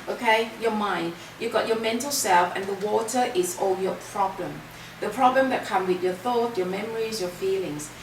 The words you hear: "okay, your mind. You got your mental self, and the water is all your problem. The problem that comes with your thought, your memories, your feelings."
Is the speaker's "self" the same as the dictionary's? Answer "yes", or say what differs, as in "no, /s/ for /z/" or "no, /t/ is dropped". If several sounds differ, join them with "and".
yes